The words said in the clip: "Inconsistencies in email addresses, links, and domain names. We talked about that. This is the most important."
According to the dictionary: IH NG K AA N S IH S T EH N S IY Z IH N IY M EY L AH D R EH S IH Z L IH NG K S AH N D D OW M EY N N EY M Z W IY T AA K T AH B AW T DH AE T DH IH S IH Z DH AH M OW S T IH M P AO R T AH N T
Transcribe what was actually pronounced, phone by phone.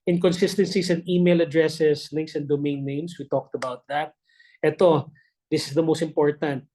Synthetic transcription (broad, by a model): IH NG K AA N S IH S T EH N S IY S IH N IY M EY L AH D R EH S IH S L IH NG K S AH N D D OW M EY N N EY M S W IY T AA K T AH B AW T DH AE T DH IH S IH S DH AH M OW S T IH M P AO R T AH N T